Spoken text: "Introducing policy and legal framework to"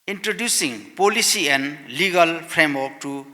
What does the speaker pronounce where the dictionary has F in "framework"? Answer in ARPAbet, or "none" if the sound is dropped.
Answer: P